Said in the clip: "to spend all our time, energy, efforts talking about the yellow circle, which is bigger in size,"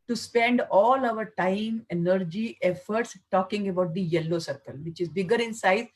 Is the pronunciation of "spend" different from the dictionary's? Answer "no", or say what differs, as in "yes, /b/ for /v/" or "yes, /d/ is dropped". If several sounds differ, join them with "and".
no